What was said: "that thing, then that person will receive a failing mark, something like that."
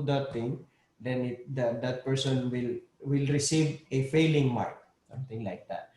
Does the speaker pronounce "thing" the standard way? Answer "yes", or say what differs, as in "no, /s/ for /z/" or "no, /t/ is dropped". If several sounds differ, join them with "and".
no, /t/ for /θ/